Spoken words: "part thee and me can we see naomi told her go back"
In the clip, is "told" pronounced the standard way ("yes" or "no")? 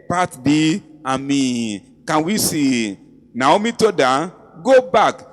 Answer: no